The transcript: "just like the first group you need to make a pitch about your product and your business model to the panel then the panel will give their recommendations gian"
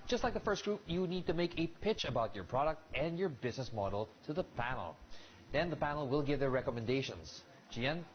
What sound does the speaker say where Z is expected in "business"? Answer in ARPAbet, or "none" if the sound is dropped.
Z